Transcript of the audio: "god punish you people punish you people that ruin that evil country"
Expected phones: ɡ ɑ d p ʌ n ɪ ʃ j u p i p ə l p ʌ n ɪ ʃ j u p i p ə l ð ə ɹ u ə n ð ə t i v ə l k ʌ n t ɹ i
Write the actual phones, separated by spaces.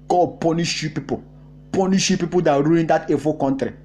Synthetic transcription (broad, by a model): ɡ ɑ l p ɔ n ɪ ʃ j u p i p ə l p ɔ n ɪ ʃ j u p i p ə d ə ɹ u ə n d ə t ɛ f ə k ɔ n t ɹ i